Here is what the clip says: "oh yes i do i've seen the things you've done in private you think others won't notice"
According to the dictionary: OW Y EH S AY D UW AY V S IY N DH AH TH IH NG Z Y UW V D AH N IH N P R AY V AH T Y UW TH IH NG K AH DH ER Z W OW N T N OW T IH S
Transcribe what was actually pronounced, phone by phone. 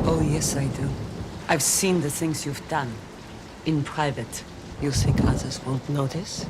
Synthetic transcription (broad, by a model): OW Y EH S AY D UW AY V S IY N DH AH TH IH NG Z Y UW V D AH N IH N P R AY V AH T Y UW S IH K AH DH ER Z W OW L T N OW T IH S